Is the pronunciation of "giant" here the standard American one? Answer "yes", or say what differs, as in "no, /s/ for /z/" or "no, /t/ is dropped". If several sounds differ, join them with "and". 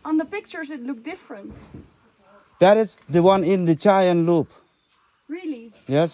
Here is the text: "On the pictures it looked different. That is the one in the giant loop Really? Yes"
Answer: no, /tʃ/ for /dʒ/